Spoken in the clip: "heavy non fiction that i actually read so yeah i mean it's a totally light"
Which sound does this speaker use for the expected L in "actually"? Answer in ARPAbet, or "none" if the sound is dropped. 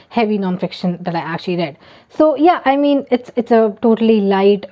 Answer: L